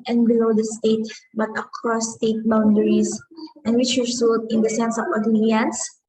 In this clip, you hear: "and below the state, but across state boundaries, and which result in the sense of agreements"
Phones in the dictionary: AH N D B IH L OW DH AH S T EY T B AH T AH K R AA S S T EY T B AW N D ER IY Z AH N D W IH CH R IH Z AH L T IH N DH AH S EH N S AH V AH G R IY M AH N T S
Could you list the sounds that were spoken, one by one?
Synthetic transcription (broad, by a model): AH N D B IH L OW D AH S T EY T B AH T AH K R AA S S T EY T B AW N D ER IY S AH N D W IH CH W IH S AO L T IH N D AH S EH N S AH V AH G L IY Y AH N S